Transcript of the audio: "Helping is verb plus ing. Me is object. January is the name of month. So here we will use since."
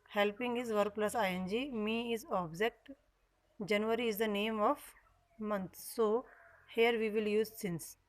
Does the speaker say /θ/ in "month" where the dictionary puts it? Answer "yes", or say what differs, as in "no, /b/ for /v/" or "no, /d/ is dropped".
no, /t/ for /θ/